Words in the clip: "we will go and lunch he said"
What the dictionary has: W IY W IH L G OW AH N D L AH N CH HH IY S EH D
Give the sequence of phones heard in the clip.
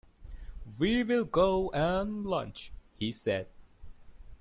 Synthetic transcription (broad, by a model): W IY W IH L G OW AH N L AH N CH HH IY S EH D